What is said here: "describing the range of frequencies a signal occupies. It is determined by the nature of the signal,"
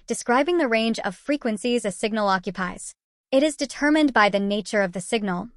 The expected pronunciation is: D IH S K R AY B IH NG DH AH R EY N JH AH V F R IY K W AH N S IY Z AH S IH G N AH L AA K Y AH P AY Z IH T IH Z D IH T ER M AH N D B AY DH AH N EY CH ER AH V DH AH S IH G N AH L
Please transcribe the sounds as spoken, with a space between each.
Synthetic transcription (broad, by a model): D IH S K R AY B IH NG DH AH R EY N JH AH V F R IY K W AH N S IY Z AH S IH G N L AA K Y AH P AY Z IH T IH Z D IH T ER M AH N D B AY DH AH N EY CH ER AH V DH AH S IH G N L